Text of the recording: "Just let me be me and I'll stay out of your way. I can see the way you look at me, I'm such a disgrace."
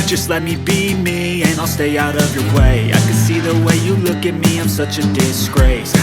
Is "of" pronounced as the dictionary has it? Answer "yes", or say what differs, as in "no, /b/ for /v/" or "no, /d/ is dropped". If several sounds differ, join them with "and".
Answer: yes